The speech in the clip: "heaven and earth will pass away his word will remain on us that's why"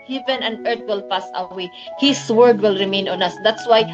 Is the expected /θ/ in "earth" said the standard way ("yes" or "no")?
no